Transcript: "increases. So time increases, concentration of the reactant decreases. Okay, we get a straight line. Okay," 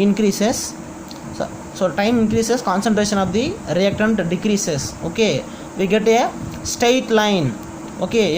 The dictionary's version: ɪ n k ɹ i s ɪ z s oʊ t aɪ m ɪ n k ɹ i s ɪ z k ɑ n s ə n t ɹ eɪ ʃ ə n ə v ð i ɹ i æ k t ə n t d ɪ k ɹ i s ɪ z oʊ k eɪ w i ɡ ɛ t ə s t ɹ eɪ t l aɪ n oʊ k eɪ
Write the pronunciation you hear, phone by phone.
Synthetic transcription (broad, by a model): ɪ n k ɹ i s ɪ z s oʊ t aɪ m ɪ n k ɹ i s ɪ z k ɑ n s ə n t ɹ eɪ ʃ ə n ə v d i ɹ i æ k t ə n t d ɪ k ɹ i s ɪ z oʊ k eɪ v i ɡ ɛ t ə s t eɪ t l aɪ n oʊ k eɪ